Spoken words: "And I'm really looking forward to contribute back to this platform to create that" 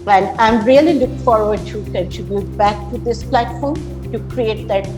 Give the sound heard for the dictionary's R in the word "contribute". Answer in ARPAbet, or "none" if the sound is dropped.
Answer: none